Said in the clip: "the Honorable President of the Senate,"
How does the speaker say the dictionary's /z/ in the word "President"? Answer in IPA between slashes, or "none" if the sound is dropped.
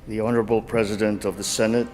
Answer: /z/